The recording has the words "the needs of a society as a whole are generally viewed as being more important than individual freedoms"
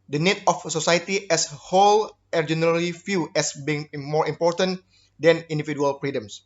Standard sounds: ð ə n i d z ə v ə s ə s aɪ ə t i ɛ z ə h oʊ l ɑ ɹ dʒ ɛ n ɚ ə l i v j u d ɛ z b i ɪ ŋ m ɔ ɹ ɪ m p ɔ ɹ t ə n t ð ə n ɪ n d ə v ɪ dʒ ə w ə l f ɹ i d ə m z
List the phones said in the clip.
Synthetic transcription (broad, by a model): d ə n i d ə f s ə s aɪ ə t i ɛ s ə h oʊ l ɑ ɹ dʒ ɛ n ɚ ə l i f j u ɛ s b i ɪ ŋ m ɔ ɹ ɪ m p ɔ ɹ t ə n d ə n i n d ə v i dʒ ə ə l f ɹ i d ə m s